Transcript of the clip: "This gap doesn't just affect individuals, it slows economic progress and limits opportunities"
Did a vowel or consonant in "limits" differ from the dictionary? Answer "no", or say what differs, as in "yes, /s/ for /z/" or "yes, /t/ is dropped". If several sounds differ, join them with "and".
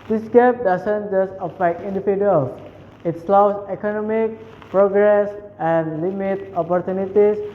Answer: yes, /s/ is dropped